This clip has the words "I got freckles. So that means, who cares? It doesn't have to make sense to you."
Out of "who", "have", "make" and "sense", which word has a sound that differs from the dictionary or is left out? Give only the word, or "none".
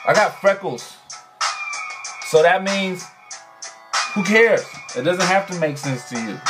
have